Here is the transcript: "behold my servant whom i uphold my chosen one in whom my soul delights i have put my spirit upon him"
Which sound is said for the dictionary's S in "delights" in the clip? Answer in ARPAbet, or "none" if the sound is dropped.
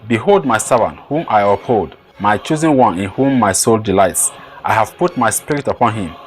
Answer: S